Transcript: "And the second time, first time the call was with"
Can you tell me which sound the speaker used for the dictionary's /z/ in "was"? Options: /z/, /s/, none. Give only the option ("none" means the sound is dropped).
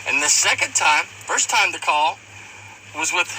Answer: /z/